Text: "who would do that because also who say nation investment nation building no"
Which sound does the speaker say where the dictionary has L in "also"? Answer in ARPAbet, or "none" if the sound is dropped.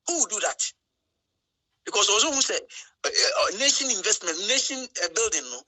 W